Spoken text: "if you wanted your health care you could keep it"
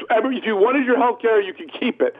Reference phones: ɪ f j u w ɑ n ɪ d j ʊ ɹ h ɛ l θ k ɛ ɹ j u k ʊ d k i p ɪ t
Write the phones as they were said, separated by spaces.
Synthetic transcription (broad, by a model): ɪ f j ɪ w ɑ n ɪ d j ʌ ɹ h ɛ l θ k ɛ ɹ j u k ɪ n k i p ɪ t